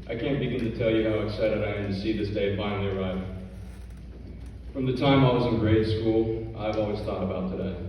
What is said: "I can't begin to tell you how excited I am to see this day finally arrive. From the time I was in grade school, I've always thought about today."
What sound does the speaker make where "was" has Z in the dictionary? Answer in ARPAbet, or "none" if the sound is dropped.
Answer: Z